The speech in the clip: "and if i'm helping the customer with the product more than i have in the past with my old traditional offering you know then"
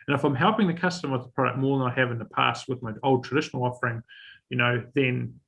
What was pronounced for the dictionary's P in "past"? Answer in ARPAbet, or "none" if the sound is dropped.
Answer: P